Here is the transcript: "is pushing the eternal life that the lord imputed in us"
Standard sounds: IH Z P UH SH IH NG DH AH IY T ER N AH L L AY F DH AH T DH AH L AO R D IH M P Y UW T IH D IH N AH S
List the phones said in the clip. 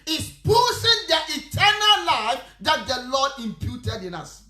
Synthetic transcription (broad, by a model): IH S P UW S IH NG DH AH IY T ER N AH L L AY F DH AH T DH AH L AO D IH M P Y UW T IH D IH N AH S